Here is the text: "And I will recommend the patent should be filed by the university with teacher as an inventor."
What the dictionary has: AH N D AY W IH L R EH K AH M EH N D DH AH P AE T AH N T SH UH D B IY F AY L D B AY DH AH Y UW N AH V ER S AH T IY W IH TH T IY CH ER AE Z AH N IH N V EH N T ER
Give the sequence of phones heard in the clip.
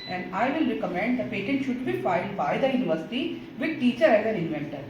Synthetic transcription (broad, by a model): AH N D AY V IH L R EH K AH M EH N D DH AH P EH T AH N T SH UH D B IY F AY L D B AY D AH Y UW N AH V ER S AH T IY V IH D T IY CH ER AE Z AH N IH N V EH N T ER